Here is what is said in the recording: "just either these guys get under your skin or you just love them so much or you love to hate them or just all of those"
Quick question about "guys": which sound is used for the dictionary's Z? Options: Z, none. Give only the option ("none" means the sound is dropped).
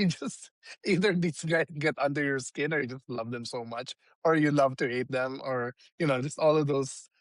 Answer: none